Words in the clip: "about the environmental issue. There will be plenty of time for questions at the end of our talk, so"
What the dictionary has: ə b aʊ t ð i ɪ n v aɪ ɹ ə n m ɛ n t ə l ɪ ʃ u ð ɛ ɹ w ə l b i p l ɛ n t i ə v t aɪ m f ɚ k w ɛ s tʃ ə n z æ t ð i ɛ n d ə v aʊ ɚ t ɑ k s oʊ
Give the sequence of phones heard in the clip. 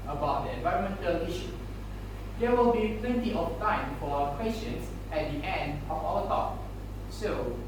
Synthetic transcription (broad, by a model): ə b aʊ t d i ɪ n v aɪ ɹ ə n m ɛ n t ə l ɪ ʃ u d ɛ w ə l b i p l ɛ n t i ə f t aɪ m f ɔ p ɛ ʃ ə n s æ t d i ɛ n d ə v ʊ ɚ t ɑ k s oʊ